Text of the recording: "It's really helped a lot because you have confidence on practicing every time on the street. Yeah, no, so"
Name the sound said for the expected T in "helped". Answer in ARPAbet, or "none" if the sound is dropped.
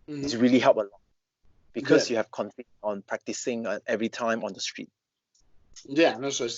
none